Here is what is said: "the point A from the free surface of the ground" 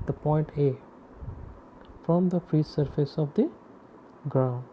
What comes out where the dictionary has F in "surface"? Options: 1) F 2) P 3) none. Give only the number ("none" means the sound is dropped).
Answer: 1